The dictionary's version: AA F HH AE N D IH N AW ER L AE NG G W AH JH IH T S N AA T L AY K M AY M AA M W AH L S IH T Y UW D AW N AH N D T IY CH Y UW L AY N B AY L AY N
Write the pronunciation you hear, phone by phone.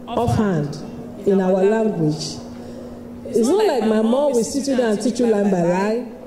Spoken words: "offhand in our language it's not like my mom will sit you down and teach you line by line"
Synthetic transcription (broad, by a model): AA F HH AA N D IH N AW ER L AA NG G W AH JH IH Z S N AA T L AY K M AY M AA M W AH S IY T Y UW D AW AH N T IY CH Y UW L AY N B AY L AY